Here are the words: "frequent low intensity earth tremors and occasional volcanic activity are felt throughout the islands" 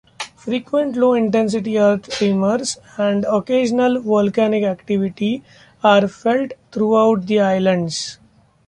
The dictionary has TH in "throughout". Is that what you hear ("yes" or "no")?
no